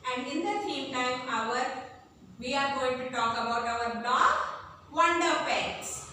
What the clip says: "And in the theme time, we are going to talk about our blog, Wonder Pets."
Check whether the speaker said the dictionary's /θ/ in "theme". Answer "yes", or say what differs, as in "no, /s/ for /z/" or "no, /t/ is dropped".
no, /s/ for /θ/